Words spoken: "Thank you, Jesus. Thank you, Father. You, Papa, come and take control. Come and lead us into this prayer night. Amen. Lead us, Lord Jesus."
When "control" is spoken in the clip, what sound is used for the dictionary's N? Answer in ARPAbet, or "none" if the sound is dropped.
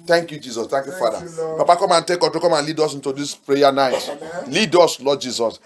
none